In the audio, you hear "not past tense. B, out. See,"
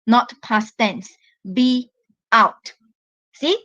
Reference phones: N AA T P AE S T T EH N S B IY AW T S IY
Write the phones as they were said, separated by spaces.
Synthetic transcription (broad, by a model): N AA T P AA S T T EH N S B IY AW T S IY